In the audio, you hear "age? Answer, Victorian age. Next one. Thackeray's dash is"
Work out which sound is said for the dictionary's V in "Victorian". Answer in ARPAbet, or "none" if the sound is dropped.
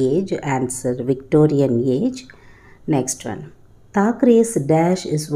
V